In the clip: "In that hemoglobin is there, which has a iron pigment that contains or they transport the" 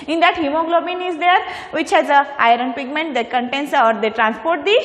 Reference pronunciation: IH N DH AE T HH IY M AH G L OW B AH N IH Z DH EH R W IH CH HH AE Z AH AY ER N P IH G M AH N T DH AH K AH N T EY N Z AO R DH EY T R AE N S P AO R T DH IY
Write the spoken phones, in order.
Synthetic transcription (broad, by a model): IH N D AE T HH IY M AH G L OW B AH N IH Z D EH R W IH CH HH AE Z AH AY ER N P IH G M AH N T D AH K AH N T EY N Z AO R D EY T R AE N S P AO R T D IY